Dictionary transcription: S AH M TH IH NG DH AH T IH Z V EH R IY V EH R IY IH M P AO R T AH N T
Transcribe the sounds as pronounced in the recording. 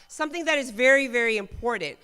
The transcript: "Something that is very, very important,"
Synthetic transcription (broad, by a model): S AH M TH IH NG DH AH T IH Z V EH R IY V EH R IY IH M P AO R T N T